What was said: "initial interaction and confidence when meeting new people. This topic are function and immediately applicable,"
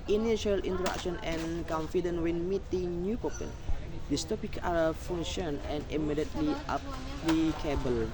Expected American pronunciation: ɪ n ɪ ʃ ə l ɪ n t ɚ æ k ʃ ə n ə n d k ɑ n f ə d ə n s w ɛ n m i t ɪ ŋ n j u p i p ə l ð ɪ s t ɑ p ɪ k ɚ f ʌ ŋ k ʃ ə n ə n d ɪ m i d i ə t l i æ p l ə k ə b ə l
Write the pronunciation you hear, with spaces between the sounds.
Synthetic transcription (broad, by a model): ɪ n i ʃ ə l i n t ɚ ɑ k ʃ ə n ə n k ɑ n f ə d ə n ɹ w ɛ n m i t ɪ ŋ n j u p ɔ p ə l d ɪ s t ɑ p ɪ k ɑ f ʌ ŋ ʃ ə n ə n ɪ m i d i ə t l i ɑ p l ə k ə b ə l